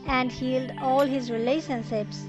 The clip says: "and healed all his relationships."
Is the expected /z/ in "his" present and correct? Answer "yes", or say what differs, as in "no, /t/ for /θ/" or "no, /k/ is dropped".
yes